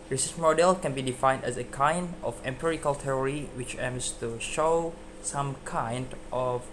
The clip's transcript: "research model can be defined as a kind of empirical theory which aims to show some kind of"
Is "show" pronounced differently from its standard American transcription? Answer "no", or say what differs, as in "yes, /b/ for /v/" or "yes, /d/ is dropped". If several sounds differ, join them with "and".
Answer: no